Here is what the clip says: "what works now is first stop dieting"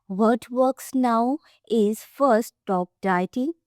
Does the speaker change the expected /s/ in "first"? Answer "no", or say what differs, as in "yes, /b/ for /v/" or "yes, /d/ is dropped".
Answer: yes, /s/ is dropped